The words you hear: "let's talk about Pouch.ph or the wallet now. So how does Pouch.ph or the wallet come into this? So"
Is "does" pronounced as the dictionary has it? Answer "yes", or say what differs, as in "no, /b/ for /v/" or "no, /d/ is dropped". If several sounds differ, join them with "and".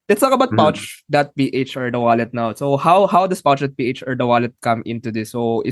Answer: no, /s/ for /z/